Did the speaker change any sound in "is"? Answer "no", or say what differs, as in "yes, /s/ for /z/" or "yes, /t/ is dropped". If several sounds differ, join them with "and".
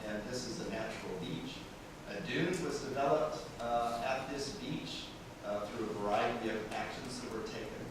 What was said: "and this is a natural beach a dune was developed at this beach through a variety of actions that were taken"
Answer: no